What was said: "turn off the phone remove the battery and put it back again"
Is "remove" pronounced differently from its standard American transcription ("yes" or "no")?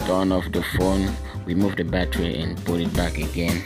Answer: yes